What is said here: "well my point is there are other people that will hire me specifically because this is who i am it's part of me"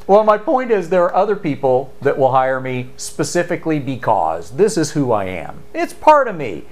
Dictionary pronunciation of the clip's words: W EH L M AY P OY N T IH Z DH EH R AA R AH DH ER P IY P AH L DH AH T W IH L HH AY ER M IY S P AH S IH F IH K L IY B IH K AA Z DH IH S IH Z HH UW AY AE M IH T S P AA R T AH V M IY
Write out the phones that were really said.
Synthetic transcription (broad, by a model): W EH L M AY P OY N T IH Z DH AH R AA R AH DH ER P IY P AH L DH AH T W IH L HH AY ER M IY S P AH S IH F IH K L IY B IH K AA Z DH IH S IH Z HH UW AY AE M IH T S P AA R T AH V M IY